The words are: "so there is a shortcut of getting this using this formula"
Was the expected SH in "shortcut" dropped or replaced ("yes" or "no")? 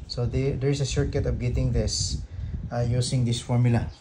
yes